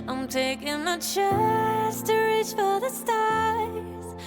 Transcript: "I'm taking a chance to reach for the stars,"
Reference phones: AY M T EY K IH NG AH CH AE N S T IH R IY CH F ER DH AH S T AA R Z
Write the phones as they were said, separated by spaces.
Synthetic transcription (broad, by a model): AY M T EY K IH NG AH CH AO S T IH R IY CH F ER DH AH S T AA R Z